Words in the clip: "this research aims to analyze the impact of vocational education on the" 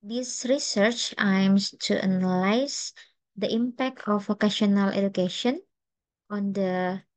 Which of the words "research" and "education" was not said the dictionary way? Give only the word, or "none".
none